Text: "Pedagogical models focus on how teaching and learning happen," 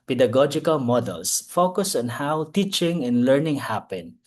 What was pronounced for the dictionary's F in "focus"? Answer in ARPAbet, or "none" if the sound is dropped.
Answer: F